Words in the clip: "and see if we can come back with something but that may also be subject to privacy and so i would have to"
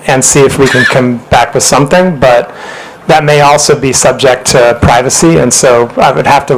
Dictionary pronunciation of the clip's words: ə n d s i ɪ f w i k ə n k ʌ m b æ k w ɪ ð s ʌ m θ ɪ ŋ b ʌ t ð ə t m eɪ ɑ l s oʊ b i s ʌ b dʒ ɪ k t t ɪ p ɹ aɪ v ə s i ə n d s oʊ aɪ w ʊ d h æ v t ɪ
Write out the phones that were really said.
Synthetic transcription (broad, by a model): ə n s i ɪ f w i k ə n k ʌ m b æ k w ɪ ð s ʌ m θ ɪ ŋ b ʌ t ð ə t m eɪ ɑ l s oʊ b i s ʌ b dʒ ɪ k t t ɪ p ɹ aɪ v ə s i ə n s oʊ aɪ w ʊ d h æ f t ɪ